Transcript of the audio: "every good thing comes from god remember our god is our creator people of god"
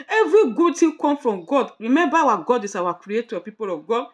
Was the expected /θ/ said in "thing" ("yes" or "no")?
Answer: no